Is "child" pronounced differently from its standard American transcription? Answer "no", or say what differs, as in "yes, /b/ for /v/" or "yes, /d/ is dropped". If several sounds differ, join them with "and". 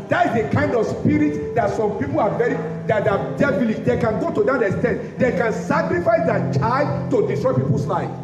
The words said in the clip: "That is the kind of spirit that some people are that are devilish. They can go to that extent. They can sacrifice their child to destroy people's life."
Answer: yes, /l/ is dropped